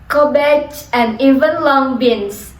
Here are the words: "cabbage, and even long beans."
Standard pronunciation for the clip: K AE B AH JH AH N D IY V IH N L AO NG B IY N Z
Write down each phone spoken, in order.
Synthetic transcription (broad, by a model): K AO B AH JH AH N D IY V IH N L AO NG B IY N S